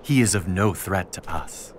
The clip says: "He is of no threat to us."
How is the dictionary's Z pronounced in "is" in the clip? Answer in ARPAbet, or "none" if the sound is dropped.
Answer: Z